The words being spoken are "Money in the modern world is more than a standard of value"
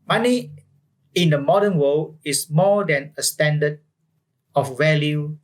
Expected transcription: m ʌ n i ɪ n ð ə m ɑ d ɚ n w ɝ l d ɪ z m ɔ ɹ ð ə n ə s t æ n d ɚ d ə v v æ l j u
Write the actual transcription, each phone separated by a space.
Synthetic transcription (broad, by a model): m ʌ n i ɪ n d ə m ɑ d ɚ n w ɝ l ɪ s m ɔ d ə n ə s t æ n d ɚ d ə f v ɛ l j u